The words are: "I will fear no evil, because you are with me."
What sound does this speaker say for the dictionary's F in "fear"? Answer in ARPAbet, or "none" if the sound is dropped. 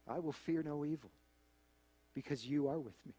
F